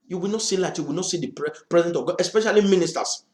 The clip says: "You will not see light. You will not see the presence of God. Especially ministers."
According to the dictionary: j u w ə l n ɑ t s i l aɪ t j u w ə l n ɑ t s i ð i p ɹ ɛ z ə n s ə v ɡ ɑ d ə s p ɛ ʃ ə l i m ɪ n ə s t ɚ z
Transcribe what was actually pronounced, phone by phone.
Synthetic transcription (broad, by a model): j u w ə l n ɑ t s i l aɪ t j u w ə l n ɑ t s i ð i p ɹ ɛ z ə n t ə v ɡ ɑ ə s p ɛ ʃ ə l i m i n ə s t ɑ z